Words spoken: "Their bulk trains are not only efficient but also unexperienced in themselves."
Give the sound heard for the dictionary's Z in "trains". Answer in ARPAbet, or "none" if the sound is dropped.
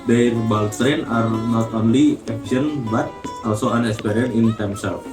none